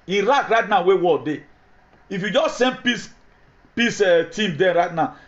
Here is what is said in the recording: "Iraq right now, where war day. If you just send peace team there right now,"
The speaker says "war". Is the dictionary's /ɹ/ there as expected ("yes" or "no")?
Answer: no